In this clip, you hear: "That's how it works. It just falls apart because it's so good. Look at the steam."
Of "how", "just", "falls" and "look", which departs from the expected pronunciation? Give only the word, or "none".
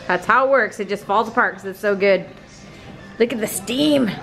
none